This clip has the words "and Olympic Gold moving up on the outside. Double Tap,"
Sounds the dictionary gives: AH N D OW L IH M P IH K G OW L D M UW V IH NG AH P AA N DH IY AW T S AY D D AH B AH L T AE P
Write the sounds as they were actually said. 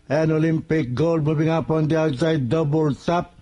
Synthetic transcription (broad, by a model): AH N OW L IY M P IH K G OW L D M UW B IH NG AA P AA N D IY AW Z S AY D D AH B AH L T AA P